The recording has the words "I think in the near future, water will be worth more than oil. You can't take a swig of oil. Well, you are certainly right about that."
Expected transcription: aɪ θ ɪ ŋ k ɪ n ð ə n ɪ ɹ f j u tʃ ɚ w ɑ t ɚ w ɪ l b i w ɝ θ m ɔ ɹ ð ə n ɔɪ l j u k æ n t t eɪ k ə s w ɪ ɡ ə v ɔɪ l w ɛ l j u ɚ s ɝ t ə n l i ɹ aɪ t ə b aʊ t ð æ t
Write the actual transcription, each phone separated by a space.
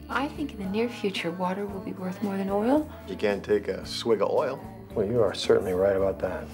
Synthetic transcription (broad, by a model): aɪ θ ɪ ŋ k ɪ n ð ə n ɪ ɹ f j u tʃ ɚ w ɑ t ɚ w ɪ l b i w ɝ θ m ɔ ɹ ð ə n ɔɪ l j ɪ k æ n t t eɪ k ə s w ɪ ɡ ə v ɔɪ l w ɛ l j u ɚ s ɝ t n l i ɹ aɪ t ə b aʊ t ð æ t